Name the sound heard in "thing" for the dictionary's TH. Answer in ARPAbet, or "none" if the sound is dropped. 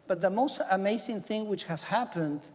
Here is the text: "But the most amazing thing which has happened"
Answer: TH